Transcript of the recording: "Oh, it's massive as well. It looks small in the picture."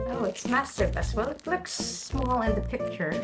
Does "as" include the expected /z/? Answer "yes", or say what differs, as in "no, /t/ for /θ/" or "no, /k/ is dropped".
no, /s/ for /z/